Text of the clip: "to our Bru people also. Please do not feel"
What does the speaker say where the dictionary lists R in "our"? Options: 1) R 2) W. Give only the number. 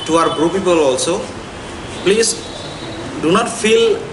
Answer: 1